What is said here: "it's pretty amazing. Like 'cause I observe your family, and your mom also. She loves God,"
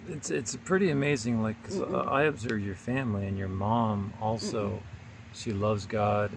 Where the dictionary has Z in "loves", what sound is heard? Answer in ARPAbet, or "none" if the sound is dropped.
Z